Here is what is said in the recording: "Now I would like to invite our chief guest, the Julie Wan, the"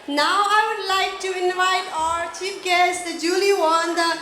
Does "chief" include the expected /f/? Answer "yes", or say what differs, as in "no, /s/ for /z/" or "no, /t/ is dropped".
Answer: no, /p/ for /f/